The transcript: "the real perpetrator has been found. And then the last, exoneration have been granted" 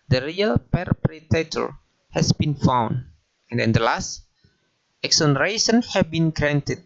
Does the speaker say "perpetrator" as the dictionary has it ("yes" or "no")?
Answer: no